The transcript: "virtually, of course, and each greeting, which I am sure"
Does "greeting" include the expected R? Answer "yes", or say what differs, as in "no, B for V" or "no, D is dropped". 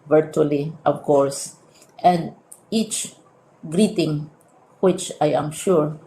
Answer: yes